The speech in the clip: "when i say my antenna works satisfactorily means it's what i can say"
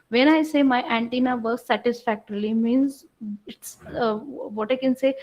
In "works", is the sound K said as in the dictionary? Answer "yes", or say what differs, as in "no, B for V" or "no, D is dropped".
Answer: no, K is dropped